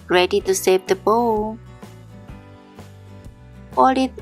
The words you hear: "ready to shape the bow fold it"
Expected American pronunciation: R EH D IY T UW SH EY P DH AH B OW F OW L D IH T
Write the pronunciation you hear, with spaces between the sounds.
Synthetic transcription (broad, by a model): R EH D IY T UW S EY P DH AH B OW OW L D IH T